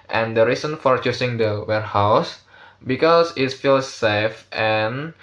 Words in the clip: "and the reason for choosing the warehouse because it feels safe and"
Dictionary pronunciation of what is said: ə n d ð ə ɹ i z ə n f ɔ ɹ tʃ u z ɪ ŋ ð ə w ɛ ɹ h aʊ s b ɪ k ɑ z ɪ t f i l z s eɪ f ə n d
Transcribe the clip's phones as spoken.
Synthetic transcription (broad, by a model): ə n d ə ɹ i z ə n f ɔ ɹ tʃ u s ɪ ŋ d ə w ɛ ɹ h aʊ s b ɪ k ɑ s ɪ t f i l s eɪ f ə n